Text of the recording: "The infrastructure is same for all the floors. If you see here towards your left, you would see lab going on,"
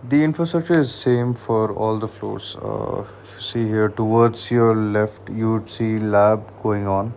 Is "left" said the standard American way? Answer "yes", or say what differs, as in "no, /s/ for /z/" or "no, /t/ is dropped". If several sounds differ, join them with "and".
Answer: yes